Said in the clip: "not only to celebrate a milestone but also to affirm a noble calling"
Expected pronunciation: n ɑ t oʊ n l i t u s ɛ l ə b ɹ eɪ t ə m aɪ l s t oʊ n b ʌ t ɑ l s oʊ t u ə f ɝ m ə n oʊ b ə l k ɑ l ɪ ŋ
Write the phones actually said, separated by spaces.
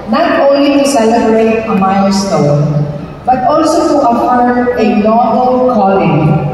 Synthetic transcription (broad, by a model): n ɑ t oʊ n l i t u s ɛ l ə b ɹ eɪ t ə m aɪ l s t oʊ n b ʌ t ɑ l s oʊ t u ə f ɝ ə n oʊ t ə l k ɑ l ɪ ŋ